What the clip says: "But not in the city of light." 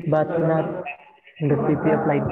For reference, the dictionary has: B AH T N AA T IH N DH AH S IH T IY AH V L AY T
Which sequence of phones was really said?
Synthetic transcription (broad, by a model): B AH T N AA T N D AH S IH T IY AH P L AY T